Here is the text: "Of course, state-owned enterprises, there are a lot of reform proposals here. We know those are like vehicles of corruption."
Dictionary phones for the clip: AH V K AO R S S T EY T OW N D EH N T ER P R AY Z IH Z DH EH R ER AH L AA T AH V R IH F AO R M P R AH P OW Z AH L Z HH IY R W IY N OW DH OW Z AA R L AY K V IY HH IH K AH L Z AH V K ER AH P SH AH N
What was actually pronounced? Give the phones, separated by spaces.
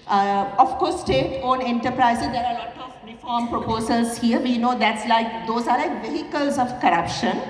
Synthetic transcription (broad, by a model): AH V K AO R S S T EY T OW N EH N T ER P R AY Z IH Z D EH R AH L AA T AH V R IH F AO R M P R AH P OW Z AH L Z HH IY R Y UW N OW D OW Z AA R L AY K V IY HH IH K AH L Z AH V K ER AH P SH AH N